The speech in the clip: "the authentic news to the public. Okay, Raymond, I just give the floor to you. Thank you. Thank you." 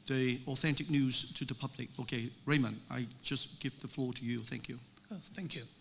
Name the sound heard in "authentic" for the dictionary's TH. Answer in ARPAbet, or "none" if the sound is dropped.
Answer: TH